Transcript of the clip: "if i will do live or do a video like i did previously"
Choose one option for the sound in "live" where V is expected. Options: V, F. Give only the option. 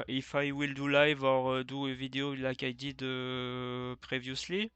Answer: V